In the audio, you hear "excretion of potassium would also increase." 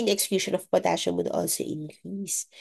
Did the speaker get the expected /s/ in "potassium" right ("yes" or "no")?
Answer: no